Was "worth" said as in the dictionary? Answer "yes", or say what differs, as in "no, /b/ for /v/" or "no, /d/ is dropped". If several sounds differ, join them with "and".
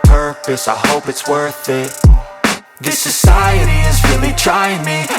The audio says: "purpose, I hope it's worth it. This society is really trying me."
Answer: yes